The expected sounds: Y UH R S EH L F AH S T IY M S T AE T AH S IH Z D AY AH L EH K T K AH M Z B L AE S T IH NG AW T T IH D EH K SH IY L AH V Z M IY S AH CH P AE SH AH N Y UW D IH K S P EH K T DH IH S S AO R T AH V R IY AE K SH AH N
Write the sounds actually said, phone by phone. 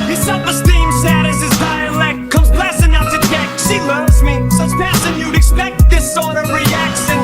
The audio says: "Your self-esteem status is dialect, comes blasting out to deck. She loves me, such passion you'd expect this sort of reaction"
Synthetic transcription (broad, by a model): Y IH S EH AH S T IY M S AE T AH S IH Z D AY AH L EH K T K AH M Z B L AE S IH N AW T T IH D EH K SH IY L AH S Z M IY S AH S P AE S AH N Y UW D IH K S P EH K T DH IH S S AO R T AH V R IY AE K SH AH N